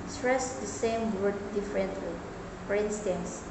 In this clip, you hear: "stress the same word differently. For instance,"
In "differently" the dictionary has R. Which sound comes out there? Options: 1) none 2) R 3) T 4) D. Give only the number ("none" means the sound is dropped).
2